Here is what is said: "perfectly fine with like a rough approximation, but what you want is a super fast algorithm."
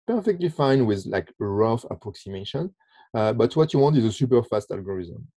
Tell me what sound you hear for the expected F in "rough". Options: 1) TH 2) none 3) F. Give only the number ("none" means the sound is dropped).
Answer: 3